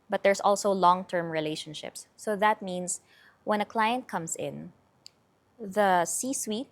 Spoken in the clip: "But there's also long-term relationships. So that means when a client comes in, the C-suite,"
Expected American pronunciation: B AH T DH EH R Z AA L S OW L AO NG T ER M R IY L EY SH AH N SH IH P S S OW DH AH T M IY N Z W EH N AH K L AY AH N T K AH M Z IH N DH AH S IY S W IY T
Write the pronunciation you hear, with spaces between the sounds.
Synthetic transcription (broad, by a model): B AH T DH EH R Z AA L S OW L AO NG T ER M R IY L EY SH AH N SH IH P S S OW DH AH T M IY N S W EH N AH K L AY AH N T K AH M S IH N DH AH S IY S W IY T